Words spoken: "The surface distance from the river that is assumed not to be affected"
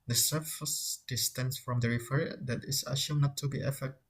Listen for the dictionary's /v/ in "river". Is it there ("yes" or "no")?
no